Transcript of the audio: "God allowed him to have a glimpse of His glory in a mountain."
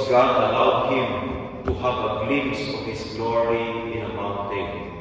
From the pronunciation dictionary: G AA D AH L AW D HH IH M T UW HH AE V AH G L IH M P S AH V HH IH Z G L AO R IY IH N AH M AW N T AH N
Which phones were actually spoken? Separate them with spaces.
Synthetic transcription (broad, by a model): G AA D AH L AW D HH IH M T UW HH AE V AH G L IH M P S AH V HH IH S G L AO R IY IH N AH M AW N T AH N